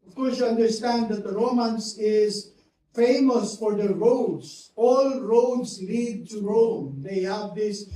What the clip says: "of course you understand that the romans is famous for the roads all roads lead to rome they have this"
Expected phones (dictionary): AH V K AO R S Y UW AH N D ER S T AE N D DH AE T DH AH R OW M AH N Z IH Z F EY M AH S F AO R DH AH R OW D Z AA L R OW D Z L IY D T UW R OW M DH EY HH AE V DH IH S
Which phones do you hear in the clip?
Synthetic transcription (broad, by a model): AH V K AO R S Y UW AH N D ER S T AE N D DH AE T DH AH R OW M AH N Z IH Z F EY M AH S F AO R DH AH R OW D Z AA L R OW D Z L IY D T UW R OW M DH EY HH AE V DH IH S